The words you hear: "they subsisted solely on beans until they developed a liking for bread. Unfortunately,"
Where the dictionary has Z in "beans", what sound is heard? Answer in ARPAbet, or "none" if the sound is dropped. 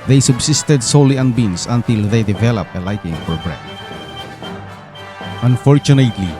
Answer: S